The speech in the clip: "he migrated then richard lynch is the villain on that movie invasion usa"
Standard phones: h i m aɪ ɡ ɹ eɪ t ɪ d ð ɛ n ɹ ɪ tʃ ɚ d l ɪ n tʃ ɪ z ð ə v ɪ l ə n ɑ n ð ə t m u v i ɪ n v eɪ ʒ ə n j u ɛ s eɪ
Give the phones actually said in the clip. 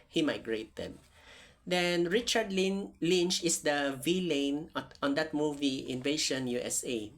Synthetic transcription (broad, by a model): h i m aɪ ɡ ɹ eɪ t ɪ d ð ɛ n ɹ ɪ tʃ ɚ d l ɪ n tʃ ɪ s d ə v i l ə n ɑ n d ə t m u v i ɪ n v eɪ ʃ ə n j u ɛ s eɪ